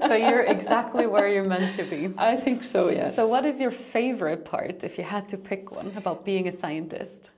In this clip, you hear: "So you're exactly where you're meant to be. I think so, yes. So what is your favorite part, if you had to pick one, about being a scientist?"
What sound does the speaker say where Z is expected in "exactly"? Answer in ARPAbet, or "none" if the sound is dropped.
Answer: Z